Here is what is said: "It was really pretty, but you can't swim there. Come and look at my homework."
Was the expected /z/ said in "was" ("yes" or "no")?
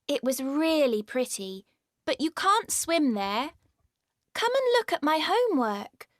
yes